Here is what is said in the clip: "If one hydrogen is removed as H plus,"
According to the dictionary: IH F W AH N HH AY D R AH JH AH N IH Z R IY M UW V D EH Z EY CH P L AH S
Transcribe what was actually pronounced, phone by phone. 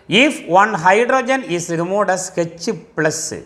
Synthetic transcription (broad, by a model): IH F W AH N HH AY D R AH JH AH N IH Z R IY M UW D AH S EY CH P L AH S